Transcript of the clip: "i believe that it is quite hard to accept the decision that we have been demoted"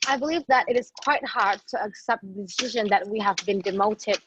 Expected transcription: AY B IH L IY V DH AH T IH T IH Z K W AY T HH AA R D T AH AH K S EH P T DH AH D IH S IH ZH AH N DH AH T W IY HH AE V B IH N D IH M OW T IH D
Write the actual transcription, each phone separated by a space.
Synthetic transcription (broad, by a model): AY B IH L IY V DH AH T IH T IH Z K W AY T HH AA R D T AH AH K S EH P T DH AH D IH S IH ZH AH N DH AH T W IY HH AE V B IH N D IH M OW T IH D